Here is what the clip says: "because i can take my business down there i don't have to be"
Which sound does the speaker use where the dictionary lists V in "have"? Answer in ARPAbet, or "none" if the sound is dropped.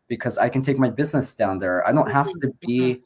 F